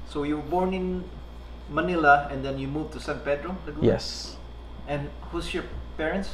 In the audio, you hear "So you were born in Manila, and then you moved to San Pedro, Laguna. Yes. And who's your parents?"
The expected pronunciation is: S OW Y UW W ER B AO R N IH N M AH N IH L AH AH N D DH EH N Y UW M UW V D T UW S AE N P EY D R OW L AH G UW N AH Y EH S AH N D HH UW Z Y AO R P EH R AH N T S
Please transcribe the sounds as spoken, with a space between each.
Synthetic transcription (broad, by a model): S OW Y UW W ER B AO R N IH N M AH N IH L AH AH N D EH N Y UW M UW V T UW S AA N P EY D R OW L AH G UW Y EH S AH N HH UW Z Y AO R P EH R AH N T S